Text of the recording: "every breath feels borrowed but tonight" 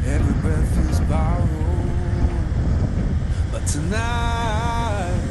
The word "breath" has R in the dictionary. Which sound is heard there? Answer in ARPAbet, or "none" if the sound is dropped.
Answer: none